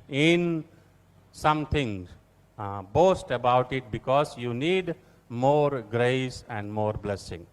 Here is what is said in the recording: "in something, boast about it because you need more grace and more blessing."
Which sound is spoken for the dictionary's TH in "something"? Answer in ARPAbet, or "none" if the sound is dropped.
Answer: T